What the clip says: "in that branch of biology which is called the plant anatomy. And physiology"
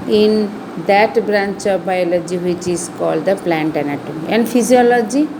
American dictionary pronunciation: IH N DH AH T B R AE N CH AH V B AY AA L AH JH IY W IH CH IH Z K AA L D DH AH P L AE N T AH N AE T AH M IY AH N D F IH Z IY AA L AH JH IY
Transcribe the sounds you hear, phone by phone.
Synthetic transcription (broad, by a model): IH N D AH T B R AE N CH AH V B AY AA L AH JH IY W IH CH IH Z K AA L D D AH P L AE N T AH N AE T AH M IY AH N D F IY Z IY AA L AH JH IY